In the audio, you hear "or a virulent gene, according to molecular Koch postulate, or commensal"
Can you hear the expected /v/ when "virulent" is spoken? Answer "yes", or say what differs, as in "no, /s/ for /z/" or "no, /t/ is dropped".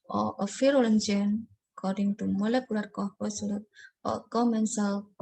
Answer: no, /f/ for /v/